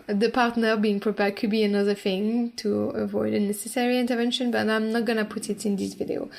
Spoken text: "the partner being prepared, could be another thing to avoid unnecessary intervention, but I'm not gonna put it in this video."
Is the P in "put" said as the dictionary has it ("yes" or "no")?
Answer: yes